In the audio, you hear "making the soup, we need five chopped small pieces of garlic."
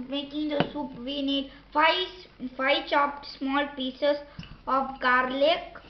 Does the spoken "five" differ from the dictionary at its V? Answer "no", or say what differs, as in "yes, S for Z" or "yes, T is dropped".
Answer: yes, F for V